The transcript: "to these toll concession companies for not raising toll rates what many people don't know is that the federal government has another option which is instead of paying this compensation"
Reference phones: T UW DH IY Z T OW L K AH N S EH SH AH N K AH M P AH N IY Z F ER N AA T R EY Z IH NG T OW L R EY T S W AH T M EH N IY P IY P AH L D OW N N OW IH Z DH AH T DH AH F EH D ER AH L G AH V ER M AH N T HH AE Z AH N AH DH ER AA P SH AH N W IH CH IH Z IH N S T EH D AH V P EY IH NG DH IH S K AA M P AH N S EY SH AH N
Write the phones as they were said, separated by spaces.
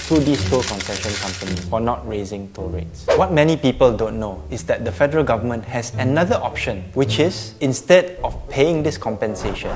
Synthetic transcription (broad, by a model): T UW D IY S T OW K AH N S EH SH AH N K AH M P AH N IY F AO N AA T R EY Z IH NG T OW R EY T S W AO T M EH N IY P IY P AH L D OW N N OW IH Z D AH T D AH F EH D ER AH L G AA V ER M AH N T HH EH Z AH N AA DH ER AA P SH AH N W IH CH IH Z IH N S T EH D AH F P EY IH NG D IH S K AA M P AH N S EY SH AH N